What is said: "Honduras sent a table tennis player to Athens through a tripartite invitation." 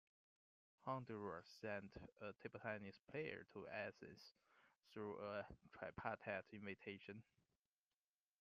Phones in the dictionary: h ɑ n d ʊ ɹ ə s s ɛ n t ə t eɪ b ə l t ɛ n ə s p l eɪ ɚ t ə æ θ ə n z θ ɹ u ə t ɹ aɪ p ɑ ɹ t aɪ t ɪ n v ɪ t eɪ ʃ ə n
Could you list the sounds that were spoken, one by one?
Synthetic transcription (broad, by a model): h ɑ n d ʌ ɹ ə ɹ s ɛ n t ə t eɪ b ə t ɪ n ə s p l eɪ ɚ t ə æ s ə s θ ɹ u ə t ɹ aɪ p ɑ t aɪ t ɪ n v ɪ t eɪ ʃ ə n